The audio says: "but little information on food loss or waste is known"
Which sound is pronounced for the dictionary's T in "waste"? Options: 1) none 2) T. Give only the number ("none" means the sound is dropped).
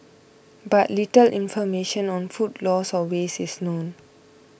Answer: 1